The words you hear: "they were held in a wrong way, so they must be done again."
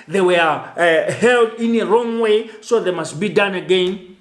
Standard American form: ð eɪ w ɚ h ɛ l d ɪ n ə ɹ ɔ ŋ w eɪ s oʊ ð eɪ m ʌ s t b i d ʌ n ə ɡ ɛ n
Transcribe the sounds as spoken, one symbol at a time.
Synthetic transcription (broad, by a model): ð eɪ w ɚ h ɛ l d ɪ n ə ɹ ɔ ŋ w eɪ s oʊ ð eɪ m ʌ s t b i d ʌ n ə ɡ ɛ n